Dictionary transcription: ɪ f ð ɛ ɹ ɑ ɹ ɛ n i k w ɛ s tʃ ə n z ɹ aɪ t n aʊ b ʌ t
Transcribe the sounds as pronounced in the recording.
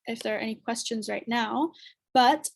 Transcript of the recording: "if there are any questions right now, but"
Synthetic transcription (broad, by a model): ɪ f ð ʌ ɹ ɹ ɛ n i k w ɛ s tʃ ə n z ɹ aɪ t n aʊ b ʌ t